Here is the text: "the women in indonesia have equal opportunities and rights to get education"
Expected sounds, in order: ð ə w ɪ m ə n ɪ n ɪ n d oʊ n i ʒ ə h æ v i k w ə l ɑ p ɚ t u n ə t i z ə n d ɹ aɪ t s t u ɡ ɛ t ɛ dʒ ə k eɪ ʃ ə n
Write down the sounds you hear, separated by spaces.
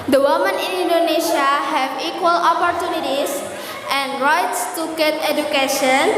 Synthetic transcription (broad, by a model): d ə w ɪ m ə n ɪ n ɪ n d oʊ n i ʃ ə h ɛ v i k w ə l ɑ p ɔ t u n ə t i s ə n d ɹ aɪ t s t u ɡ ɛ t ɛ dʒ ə k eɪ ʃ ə n